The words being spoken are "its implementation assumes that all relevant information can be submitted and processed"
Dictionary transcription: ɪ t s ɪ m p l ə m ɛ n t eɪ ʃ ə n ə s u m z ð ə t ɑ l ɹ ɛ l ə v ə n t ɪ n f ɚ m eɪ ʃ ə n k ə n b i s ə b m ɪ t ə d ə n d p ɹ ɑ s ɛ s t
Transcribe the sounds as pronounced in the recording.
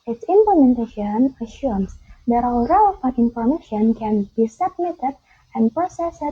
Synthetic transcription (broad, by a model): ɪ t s ɪ m p l ə m ɛ n t eɪ ʃ ə n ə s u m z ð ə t ɑ l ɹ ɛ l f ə t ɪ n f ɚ m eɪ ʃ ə n k ə n b i s ə b m ɪ t ə d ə n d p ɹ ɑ s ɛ s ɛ